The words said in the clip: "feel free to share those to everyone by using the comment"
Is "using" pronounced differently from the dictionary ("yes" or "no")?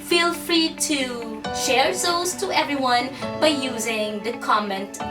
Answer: no